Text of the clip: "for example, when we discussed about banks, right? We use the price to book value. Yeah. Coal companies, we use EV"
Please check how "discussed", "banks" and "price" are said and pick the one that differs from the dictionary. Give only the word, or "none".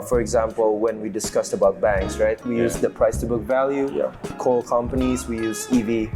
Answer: none